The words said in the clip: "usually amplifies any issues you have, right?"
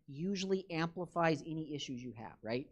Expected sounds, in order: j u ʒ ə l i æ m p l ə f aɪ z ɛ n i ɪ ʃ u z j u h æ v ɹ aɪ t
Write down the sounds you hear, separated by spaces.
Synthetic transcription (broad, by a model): j u ʒ l i æ m p l ə f aɪ z ɛ n i ɪ ʃ u z j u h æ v ɹ aɪ t